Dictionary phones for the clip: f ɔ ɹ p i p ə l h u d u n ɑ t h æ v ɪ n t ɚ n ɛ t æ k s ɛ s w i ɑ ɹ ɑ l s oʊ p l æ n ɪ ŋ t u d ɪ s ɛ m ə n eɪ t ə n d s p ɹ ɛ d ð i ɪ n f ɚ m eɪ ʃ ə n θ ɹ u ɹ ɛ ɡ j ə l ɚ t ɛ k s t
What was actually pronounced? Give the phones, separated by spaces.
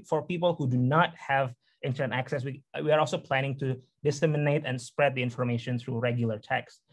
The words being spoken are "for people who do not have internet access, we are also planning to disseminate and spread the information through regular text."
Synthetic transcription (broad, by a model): f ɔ ɹ p i p ə l h u d u n ɑ t h æ v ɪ n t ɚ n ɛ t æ k s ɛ s w i ɑ ɹ ɑ l s oʊ p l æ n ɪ ŋ t u d ɪ s ɛ m ə n eɪ t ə n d s p ɹ ɛ d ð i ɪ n f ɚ m eɪ ʃ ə n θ ɹ u ɹ ɛ ɡ j ə l ɚ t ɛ k s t